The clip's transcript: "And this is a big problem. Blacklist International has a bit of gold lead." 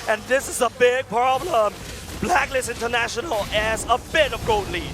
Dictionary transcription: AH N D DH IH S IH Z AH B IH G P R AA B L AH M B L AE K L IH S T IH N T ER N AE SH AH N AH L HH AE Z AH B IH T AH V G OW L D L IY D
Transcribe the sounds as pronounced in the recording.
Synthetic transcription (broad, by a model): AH N DH IH S IH Z AH B IH G P R AA B L AH M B L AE K L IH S IH N T ER N AE SH AH N AH L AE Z AH B IH T AH V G OW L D L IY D